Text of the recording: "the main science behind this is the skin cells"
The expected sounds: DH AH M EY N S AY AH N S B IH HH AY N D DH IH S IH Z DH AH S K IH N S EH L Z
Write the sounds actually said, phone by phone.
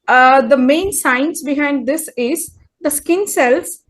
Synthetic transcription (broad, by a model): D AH M EY N S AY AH N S B IH HH AY N D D IH S IH Z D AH S K IH N S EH L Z